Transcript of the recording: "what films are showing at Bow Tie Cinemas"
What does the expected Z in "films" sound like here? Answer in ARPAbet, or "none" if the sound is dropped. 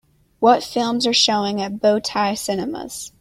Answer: Z